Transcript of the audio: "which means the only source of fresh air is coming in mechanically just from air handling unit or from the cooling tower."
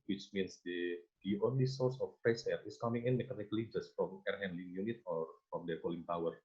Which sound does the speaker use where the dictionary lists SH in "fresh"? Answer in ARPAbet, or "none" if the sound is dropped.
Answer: S